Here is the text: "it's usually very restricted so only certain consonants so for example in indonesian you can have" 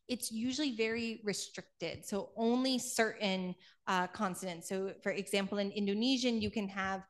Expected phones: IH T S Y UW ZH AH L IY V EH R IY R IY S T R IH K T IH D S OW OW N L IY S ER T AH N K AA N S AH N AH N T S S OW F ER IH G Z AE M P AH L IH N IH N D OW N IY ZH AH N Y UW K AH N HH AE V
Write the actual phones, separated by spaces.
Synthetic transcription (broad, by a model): IH T S Y UW ZH L IY V EH R IY R IY S T R IH K T IH D S OW OW N L IY S ER T N K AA N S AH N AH N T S S OW F ER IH G Z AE M P L IH N IH N D OW N IY ZH AH N Y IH K AH N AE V